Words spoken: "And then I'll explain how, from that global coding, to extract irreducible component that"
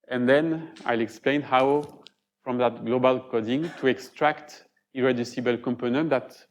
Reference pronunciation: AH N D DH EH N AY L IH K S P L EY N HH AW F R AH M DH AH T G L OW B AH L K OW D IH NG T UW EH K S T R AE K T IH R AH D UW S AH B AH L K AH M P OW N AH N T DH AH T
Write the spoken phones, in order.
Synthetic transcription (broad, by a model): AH N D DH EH N AY L IH K S P L EY N HH AW F R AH M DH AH T G L OW B AH L K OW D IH NG T UW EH K S T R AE K T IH R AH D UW S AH B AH L K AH M P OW N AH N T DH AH T